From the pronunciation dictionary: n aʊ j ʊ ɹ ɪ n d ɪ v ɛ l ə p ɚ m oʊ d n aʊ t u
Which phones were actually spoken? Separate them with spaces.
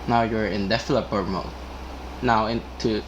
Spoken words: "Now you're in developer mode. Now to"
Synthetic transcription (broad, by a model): n aʊ j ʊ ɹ ɪ n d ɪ f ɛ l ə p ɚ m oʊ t n aʊ t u